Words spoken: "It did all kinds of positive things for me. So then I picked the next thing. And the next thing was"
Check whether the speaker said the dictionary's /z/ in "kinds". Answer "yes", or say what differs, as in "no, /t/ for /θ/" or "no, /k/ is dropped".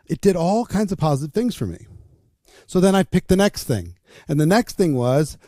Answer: yes